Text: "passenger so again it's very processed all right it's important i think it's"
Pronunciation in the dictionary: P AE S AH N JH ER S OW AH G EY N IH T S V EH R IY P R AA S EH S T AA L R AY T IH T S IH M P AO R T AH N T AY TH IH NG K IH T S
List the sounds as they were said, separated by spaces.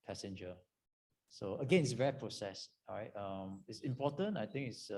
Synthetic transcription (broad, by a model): P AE S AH N JH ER S OW AH G EY N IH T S V EH R IY P R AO S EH S AA R AY T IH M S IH M P AO T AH N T AY T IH NG K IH T S